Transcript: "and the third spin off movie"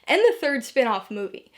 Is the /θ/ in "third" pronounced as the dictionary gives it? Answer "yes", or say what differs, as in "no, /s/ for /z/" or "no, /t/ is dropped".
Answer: yes